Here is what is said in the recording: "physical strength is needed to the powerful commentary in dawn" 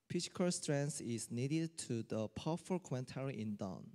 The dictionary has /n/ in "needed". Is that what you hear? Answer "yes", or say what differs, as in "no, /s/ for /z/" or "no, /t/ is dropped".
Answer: yes